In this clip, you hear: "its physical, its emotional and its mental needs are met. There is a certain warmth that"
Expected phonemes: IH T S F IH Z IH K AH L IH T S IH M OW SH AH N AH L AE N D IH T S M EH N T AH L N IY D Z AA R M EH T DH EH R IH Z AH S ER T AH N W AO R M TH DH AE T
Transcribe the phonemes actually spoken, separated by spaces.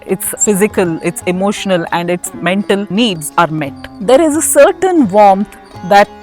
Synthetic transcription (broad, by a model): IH T S F IH Z IH K AH L IH T S IH M OW SH AH N AH L AE N D IH T S M EH N T AH L N IY D Z AA R M EH T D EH R IH Z AH S ER T AH N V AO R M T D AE T